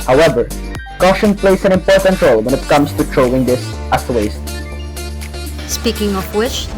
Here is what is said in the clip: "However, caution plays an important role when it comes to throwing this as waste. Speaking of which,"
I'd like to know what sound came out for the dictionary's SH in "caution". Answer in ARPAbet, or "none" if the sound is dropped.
SH